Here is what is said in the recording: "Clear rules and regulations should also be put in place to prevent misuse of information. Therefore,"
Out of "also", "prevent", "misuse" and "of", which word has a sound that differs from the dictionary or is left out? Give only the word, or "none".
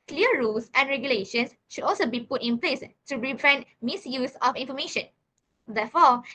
of